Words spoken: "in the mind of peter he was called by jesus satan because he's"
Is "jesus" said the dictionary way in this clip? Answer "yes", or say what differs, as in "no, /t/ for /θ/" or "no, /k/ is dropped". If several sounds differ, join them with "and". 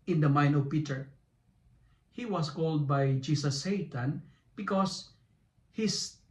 no, /s/ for /z/